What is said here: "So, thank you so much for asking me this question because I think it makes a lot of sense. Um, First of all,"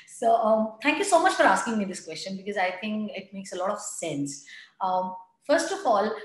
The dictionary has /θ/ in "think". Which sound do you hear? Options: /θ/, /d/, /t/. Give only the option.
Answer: /t/